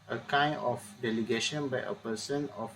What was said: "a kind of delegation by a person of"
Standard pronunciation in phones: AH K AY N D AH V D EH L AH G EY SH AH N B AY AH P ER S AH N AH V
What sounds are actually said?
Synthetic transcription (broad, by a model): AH K AY N AH F D EH L AH G EY SH AH N B AY AH P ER S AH N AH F